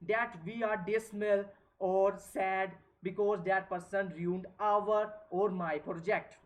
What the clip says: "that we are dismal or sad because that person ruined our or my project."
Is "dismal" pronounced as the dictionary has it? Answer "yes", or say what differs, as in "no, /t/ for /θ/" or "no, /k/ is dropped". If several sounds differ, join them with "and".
no, /s/ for /z/